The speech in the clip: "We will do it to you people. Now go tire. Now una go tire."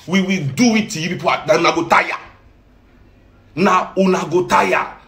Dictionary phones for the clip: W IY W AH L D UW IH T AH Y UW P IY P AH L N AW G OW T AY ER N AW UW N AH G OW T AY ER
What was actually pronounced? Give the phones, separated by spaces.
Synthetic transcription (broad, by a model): W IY W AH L D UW IH T AH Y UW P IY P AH N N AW G OW T AY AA N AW UW N AH G OW T AY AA